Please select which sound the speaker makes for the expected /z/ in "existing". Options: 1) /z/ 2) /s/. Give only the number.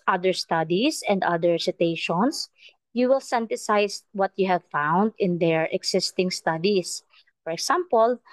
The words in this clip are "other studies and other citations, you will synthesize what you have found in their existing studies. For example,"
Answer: 2